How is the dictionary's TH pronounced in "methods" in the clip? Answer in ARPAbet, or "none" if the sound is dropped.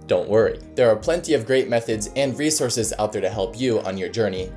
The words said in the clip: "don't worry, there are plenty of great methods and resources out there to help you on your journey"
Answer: TH